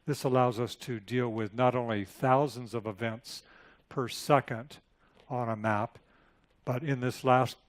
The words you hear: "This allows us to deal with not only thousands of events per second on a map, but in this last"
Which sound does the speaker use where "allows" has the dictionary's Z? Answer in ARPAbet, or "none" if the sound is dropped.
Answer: Z